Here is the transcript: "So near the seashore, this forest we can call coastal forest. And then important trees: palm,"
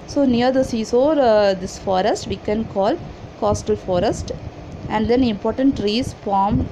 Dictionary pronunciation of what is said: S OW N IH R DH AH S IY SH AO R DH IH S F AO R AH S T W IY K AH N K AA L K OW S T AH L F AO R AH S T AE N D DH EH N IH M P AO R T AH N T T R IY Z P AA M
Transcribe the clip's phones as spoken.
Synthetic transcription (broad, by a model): S OW N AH R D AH S IY S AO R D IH S F AO R AH S T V IY K AH N K AA L K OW S T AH L F AO R AH S T AE N D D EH N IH M P AO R T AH N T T R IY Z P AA M